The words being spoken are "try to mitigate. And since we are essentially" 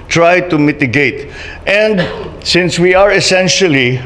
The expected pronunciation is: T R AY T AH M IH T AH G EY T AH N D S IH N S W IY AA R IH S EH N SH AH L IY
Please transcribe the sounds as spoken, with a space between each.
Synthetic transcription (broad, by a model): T R AY T AH M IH T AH G EY T AH N D S IH N S W IY AA R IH S EH N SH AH L IY